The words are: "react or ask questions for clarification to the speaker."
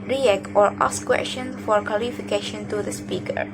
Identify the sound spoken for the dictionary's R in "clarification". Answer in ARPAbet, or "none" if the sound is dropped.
L